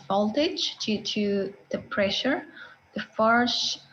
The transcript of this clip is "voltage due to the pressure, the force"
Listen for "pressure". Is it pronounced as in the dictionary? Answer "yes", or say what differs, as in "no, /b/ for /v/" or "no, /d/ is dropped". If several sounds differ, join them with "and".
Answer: yes